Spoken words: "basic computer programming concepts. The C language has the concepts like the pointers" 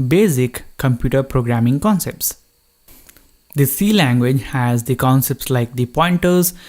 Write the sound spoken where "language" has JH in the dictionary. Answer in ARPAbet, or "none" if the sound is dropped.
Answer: JH